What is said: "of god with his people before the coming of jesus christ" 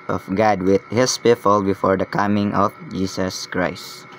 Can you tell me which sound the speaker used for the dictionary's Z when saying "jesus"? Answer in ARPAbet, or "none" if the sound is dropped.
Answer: S